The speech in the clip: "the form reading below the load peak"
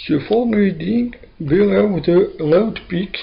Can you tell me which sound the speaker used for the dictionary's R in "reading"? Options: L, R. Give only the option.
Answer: L